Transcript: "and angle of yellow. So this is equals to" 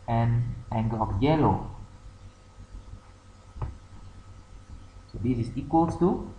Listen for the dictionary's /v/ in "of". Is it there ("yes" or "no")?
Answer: no